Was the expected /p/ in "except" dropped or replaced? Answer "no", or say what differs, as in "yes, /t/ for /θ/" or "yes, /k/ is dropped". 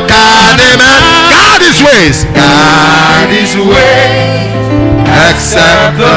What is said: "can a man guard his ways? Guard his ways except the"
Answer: yes, /p/ is dropped